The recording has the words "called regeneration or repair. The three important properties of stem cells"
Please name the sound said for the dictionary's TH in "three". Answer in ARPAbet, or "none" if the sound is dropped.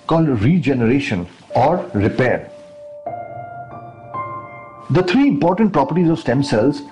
T